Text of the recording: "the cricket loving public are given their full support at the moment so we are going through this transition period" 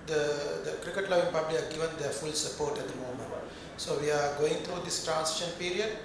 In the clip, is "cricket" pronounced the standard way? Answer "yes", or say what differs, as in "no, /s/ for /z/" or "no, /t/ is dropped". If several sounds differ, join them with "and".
yes